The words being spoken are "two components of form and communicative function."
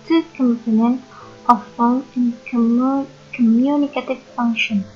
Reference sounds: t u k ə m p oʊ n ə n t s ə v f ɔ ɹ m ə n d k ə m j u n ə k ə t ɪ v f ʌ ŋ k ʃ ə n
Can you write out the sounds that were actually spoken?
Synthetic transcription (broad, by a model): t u k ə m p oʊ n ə n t ə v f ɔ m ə n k k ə m j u n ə k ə t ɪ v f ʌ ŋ k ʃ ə n